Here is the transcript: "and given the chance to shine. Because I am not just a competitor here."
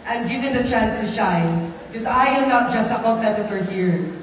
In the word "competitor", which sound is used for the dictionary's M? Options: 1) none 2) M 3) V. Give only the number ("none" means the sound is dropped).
1